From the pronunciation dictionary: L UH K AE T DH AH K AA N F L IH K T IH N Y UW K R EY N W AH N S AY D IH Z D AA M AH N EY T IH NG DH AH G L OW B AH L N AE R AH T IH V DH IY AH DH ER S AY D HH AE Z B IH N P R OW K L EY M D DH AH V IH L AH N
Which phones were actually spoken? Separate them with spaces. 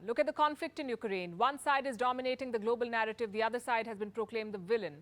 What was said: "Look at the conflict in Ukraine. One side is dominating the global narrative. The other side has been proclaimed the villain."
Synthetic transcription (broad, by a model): L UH K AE T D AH K AA N F L IH K T IH N Y UW K R EY N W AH N S AY D IH Z D AA M AH N EY T IH NG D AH G L OW B AH L N AE R AH T IH V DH IY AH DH ER S AY D HH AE Z B IH N P R OW K L EY M D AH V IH L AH N